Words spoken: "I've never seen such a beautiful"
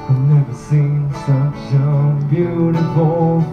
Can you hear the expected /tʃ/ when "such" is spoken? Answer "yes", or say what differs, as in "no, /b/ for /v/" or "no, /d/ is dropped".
no, /ʃ/ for /tʃ/